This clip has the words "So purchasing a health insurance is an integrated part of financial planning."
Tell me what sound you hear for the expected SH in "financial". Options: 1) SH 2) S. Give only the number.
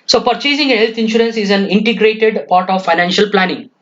1